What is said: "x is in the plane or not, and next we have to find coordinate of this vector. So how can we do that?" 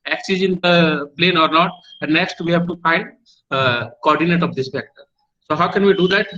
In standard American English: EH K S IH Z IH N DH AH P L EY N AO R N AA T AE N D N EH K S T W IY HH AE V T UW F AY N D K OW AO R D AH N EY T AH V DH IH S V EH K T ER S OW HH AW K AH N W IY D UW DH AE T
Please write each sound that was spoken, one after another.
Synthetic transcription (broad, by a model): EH K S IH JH IH N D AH P L EY N AO R N AA T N N EH K S T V IY HH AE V T UW F AY N D K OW AO R D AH N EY T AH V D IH S F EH K T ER S OW HH AW K AH N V IY D UW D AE T